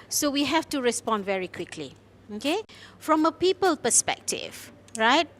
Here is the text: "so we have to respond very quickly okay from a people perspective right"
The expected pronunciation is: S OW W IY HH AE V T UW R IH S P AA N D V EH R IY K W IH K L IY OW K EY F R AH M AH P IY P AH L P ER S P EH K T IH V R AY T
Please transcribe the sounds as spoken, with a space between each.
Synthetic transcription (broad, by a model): S OW W IY HH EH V T UW R IH S P AA N D V EH R IY K W IH K L IY OW K EY F R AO M AH P IY P AH L P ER S P EH K T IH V R AY T